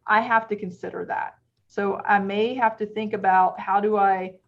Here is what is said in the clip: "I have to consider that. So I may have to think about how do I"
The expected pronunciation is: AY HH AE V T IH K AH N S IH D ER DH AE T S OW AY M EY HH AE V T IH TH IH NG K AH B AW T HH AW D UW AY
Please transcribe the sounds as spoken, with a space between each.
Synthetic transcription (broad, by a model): AY HH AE F T IH K AH N S IH D ER DH AE T S OW AY M EY HH AE F T IH TH IH NG K AH B AW T HH AW D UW AY